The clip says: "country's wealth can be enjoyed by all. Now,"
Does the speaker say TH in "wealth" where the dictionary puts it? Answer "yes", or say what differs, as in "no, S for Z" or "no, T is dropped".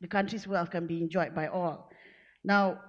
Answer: no, F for TH